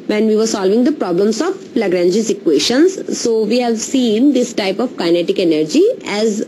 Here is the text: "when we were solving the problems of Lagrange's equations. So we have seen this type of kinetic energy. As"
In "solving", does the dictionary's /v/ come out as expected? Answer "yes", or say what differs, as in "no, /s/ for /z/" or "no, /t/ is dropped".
yes